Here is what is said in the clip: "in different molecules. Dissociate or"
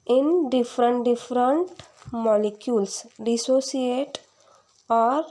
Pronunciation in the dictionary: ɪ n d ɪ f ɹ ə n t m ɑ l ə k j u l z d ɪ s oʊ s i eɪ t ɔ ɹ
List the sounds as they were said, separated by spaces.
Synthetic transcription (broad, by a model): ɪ n d ɪ f ɹ ə n t m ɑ l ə k j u l s d ɪ s oʊ s i eɪ t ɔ ɹ